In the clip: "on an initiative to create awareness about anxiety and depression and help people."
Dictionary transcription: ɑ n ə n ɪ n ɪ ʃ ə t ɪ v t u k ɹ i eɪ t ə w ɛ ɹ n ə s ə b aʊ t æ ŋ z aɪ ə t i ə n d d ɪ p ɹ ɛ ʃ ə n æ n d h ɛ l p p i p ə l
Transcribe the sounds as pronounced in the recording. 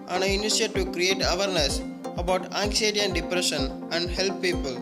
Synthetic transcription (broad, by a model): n ə n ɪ ɪ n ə s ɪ t u k ɹ i eɪ t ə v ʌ ɹ n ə s ə b aʊ t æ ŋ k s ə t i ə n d d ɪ p ɹ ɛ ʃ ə n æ n d h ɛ l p p i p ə l